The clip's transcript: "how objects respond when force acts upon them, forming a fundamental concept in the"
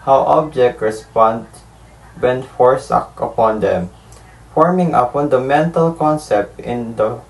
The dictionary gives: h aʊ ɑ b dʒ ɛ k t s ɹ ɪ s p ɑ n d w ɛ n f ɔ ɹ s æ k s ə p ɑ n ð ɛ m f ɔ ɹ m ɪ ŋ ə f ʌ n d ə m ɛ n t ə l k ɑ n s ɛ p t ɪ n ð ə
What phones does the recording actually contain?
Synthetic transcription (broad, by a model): h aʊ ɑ b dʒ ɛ k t ɹ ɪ s p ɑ n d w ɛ n f ɔ ɹ s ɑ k ə p ɑ n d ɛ m f ɔ ɹ m ɪ ŋ ə f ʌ n d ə m ɛ n t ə l k ɑ n s ɛ p t ɪ n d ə